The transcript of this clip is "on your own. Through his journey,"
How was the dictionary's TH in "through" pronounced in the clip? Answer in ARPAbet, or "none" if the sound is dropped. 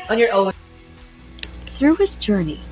TH